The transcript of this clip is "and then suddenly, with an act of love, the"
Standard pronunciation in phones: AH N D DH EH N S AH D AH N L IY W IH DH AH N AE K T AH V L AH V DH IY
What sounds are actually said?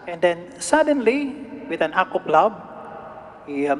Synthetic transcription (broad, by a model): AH N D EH N S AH D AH N L IY W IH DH AH N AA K AH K L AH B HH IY